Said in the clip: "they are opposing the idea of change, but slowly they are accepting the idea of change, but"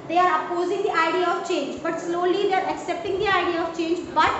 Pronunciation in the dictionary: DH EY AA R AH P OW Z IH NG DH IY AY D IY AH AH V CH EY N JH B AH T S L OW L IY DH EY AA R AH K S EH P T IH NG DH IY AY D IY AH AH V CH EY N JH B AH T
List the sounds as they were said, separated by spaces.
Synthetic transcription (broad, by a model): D EY AA R AH P OW Z IH NG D IY AY D IY AH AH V CH EY N JH B AH T S L OW L IY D EY AA R AH K S EH P T IH NG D IY AY D IY AH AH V CH EY N JH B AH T